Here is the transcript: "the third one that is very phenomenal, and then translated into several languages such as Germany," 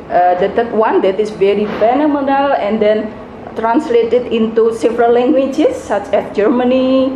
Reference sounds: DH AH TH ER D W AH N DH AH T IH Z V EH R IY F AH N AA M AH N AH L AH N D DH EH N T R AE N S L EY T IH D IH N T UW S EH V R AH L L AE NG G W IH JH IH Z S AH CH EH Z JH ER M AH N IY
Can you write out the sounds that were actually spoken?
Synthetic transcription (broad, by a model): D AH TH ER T W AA N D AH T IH S V EH R IY F AH N AA M AH N AH L AH N D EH N T R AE N S L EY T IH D IH N T UW S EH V R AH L L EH NG G W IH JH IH S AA CH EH S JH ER M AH N IY